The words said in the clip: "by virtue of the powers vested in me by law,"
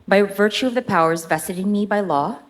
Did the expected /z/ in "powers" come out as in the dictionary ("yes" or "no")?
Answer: yes